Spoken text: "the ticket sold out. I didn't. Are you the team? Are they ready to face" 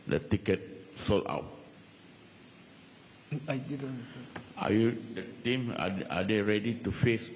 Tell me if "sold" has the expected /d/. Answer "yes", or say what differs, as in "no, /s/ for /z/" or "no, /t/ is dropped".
no, /d/ is dropped